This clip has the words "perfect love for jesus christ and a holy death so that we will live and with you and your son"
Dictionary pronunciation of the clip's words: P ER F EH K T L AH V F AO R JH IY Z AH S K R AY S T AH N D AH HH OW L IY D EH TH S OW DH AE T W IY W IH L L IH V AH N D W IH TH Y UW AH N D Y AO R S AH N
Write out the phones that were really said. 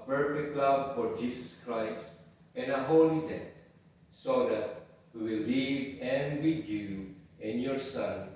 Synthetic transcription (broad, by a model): P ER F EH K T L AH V F AO R JH IY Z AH S K R AY S T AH N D AH HH OW L IY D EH T S OW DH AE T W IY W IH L L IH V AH N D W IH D Y UW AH N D Y AO R S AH N